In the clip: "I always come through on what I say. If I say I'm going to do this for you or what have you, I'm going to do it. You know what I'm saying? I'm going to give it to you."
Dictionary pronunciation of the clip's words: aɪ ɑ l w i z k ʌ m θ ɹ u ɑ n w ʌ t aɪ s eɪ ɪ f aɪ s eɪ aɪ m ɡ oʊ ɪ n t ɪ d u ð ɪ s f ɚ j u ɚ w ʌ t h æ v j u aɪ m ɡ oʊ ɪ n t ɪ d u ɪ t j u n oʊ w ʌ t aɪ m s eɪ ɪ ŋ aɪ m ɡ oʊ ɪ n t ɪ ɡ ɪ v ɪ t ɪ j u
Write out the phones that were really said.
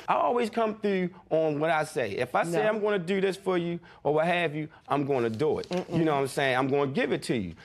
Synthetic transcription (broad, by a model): aɪ ɑ l w i z k ʌ m θ ɹ u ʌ n w ʌ t aɪ s eɪ ɪ f aɪ s eɪ aɪ m ɡ oʊ ɪ n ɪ d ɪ ð ɪ s f ɚ j u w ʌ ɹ h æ v j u aɪ m ɡ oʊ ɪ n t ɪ d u ɪ t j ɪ n oʊ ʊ aɪ m s eɪ ɪ ŋ aɪ m ɡ oʊ ɪ n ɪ ɡ ɪ v ɪ t ɪ j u